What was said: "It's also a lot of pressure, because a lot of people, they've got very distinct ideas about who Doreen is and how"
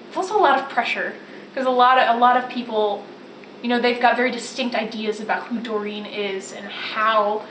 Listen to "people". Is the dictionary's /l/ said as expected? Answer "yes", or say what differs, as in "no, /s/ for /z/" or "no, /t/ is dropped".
no, /n/ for /l/